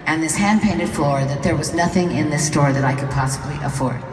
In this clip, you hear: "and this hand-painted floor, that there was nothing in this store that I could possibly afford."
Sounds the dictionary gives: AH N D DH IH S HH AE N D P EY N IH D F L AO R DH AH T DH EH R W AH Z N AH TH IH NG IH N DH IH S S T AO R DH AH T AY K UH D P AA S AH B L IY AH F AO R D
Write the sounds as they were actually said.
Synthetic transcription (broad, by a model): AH N DH IH S HH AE N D P EY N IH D F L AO R DH AH T DH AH R W AH Z N AH TH IH NG IH N DH IH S S T AO R DH AH T AY K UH D P AA S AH B L IY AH F AO R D